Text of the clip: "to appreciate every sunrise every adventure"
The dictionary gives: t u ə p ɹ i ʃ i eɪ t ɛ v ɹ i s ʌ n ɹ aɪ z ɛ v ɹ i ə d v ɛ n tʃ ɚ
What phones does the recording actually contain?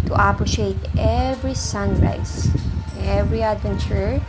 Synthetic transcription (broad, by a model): t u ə p ɹ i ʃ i eɪ t ɛ v ɹ i s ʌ n ɹ aɪ s ɛ v ɹ i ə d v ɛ n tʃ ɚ